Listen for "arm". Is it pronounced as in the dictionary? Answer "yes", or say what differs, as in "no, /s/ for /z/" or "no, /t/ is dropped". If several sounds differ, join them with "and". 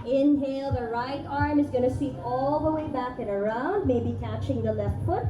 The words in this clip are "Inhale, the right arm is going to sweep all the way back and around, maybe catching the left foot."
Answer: yes